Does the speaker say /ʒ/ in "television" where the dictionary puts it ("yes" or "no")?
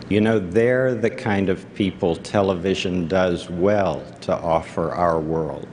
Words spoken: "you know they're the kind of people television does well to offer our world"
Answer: yes